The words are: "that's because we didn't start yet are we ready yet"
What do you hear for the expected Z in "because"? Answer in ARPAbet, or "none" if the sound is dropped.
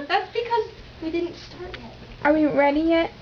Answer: Z